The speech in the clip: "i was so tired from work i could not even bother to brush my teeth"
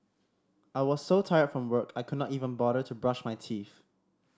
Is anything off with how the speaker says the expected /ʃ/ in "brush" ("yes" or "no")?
no